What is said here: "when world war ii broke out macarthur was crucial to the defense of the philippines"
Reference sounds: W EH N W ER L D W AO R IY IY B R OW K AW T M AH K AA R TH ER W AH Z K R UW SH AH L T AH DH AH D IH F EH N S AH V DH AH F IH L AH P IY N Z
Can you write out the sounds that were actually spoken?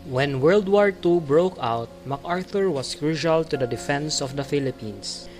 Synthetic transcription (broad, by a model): W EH N W ER L D W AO R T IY B R OW K AW T M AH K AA R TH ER W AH S K R UW SH AH L T AH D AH D IH F EH N S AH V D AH F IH L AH P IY N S